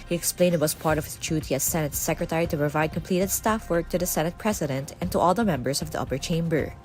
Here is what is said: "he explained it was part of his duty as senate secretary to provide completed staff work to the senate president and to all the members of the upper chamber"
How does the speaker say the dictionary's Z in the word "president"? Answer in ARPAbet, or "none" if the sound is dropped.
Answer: S